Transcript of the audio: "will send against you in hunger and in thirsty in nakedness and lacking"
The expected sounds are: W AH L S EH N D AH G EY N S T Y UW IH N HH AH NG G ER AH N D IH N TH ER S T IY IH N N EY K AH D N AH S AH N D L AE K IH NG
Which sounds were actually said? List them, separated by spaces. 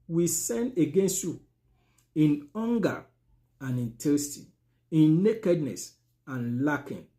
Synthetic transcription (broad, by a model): W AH S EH N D AH G EY N S T Y UW IH N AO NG G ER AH N IH N T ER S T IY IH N N EY K AH D N AH S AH N L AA K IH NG